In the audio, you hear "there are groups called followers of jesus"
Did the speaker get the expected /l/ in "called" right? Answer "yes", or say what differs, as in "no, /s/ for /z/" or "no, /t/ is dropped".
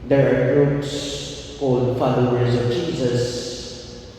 no, /l/ is dropped